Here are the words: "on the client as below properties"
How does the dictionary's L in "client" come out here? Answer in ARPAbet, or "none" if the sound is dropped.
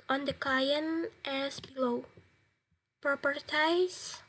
none